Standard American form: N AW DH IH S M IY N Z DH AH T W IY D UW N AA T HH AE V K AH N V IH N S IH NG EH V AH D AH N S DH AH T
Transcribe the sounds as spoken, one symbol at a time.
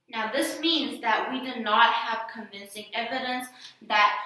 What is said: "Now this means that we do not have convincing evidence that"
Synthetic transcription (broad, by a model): N AW DH IH S M IY N Z DH AH T W IY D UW N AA T HH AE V K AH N V IH N S IH NG EH V AH D AH N S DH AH T